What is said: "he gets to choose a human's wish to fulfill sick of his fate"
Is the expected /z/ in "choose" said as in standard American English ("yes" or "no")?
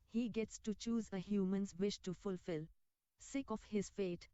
yes